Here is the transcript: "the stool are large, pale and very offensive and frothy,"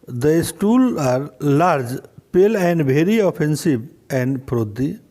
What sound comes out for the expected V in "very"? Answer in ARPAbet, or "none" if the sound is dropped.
B